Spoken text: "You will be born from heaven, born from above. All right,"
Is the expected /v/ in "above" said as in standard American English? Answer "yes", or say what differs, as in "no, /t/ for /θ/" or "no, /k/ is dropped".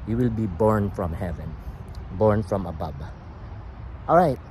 no, /b/ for /v/